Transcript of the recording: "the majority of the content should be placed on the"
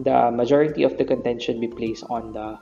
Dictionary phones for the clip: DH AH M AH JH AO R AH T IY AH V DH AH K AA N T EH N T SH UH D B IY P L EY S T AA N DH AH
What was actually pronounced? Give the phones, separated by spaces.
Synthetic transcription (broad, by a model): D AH M AH JH AO R AH T IY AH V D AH K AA N T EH N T SH UH D B IY P L EY S T AA N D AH